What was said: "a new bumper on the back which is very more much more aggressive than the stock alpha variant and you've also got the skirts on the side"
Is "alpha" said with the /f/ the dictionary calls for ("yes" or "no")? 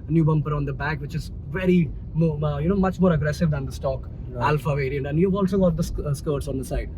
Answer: yes